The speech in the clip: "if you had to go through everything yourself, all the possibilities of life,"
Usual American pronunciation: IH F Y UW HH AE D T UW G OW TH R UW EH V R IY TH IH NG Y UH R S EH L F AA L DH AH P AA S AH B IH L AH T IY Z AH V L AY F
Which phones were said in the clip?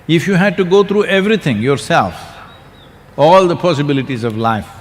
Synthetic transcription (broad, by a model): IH F Y UW HH AE D T UW G OW T R UW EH V R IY T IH NG Y UH R S EH L F AA L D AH P AA S AH B IH L AH T IY Z AH V L AY F